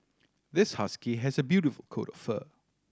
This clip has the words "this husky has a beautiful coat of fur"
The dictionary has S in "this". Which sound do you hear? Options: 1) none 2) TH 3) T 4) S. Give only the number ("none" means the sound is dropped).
4